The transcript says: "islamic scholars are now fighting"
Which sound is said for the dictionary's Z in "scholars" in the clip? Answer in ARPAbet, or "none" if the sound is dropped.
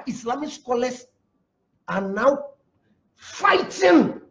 S